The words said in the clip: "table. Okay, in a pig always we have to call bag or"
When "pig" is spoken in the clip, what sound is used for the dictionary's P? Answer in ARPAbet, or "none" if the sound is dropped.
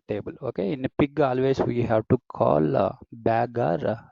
P